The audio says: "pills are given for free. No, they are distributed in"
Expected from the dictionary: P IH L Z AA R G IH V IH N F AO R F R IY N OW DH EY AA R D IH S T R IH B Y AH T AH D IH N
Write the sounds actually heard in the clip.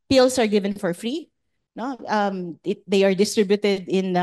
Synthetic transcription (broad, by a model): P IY L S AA R G IH V IH N F AO R F R IY N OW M EY AA R D IH S T R IH B Y AH T AH D IH N